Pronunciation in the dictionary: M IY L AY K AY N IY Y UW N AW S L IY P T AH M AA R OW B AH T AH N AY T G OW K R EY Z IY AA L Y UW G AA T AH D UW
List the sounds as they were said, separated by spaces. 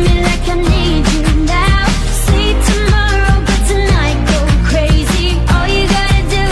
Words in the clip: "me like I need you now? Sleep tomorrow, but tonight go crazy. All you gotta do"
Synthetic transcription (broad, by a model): M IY L AY K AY N IY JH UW N AW S IY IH T AH M AA R OW B AH T AH N AY T G OW K R EY Z IY AA L Y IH G AA T AH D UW